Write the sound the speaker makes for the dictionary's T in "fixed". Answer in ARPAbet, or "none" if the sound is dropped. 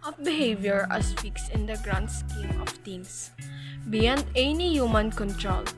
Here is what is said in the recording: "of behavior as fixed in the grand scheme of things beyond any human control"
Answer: none